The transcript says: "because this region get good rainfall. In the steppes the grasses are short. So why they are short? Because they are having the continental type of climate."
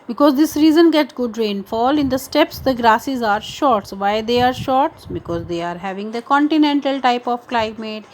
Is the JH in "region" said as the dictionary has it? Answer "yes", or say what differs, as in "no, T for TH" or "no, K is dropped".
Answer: no, Z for JH